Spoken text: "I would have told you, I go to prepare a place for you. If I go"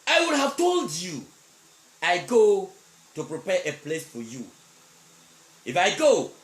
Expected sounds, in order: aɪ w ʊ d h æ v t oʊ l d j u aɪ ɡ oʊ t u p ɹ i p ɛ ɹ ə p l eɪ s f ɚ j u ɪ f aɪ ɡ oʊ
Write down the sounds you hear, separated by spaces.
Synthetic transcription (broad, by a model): aɪ w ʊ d h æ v t oʊ l d j u aɪ ɡ oʊ t u p ɹ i p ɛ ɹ ə p l eɪ s f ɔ j u ɪ f aɪ ɡ oʊ